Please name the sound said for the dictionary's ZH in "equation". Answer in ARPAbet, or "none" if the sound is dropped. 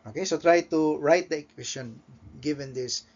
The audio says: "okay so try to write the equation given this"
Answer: S